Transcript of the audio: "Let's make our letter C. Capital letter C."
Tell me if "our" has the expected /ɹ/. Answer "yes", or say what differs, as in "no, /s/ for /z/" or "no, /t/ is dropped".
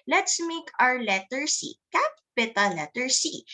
yes